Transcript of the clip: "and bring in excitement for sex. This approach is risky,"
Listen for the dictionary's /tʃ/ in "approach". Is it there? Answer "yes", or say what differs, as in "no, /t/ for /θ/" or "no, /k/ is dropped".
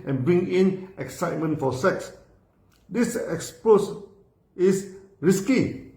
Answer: no, /s/ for /tʃ/